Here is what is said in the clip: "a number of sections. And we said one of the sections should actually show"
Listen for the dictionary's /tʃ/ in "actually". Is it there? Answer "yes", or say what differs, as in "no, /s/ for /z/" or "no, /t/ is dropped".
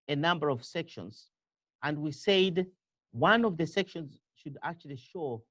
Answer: yes